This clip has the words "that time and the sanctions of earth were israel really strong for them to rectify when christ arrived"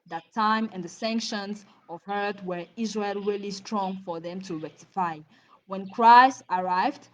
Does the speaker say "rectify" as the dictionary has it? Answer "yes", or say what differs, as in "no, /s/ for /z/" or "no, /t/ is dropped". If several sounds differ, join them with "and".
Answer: yes